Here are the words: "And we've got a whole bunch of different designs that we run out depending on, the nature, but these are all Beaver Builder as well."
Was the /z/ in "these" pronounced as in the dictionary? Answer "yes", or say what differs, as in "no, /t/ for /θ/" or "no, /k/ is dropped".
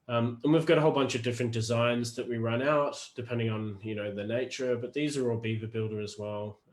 yes